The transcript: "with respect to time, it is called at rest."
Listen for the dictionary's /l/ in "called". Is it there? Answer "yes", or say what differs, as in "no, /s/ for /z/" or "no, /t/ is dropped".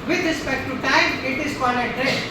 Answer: no, /l/ is dropped